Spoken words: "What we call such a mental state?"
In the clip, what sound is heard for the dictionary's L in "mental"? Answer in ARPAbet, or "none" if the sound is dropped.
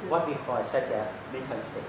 N